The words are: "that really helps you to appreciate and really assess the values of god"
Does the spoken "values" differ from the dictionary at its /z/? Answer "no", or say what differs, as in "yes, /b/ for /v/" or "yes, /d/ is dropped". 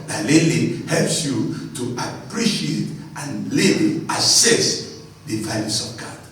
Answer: yes, /s/ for /z/